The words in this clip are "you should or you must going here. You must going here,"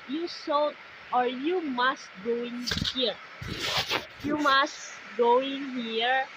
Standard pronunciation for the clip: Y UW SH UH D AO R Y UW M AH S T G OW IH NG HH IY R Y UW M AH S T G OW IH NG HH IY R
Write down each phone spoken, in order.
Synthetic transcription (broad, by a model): Y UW S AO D AO R Y UW M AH S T G OW IH NG HH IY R Y UW M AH S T G OW IH NG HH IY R